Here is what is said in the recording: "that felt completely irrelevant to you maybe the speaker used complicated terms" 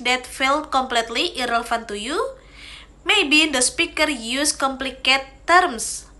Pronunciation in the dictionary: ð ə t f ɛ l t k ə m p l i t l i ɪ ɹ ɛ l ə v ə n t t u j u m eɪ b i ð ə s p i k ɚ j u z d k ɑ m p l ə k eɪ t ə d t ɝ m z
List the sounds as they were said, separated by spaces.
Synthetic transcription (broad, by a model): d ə t f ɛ l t k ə m p l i t l i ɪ ɹ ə f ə n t t u j u m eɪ b i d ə s p i k ɚ j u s k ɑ m p l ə k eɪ t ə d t m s